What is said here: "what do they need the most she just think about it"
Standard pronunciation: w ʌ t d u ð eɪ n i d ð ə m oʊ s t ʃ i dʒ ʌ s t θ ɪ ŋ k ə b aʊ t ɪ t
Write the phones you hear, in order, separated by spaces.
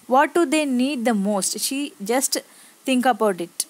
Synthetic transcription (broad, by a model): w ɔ t d u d eɪ n i d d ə m oʊ s t ʃ i dʒ ʌ s t t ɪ ŋ k ə b aʊ t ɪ t